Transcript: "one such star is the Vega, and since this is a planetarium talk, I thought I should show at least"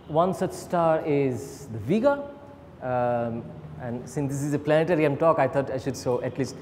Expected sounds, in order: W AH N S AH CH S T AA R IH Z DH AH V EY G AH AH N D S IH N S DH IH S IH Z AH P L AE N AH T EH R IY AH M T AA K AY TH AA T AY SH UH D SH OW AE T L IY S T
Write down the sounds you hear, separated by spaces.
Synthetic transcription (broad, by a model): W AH N S AH CH S T AA R IH Z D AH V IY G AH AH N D S IH N S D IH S IH Z AH P L AE N AH T EH R IY AH M T AA K AY T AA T AY SH UH D S OW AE T L IY S T